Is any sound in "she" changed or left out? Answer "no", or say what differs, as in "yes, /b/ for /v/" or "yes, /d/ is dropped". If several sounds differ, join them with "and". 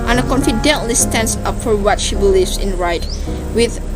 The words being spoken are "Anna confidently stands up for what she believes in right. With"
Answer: no